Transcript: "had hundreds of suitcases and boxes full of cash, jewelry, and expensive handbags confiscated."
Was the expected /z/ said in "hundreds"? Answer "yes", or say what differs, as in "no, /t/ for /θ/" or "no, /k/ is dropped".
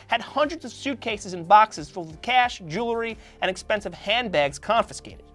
yes